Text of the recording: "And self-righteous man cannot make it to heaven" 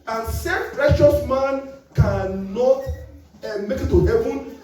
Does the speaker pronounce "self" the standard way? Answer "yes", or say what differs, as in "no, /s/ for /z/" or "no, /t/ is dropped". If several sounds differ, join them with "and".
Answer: no, /l/ is dropped